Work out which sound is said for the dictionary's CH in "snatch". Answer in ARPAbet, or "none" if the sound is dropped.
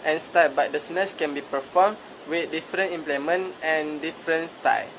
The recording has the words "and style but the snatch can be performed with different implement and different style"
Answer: S